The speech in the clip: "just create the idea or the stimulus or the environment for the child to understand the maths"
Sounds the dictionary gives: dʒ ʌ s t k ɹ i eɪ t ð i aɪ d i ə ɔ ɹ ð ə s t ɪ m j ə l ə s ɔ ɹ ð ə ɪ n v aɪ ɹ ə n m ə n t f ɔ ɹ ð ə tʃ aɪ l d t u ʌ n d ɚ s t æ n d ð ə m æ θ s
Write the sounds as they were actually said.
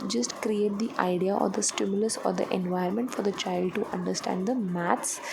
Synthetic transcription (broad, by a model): dʒ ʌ s t k ɹ i eɪ t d i aɪ d i ə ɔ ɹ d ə s t ɪ m j ə l ə s ɔ ɹ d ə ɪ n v aɪ ə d m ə n t f ɔ ɹ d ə tʃ aɪ l d t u ʌ n d ɚ s t æ n d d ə m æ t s